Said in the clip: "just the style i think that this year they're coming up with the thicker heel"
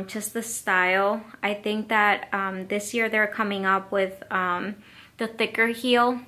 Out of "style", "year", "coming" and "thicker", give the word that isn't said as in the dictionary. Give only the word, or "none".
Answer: none